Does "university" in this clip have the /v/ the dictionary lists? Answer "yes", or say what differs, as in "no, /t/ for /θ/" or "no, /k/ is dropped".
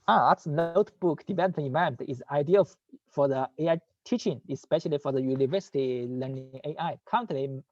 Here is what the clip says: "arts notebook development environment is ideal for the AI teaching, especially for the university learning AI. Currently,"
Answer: yes